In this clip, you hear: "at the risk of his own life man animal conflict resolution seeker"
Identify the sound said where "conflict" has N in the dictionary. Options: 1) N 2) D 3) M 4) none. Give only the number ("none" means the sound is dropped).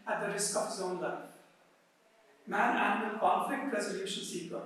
4